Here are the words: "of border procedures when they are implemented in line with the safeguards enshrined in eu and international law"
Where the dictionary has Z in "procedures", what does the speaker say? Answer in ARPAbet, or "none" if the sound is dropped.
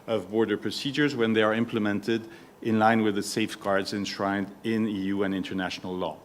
Z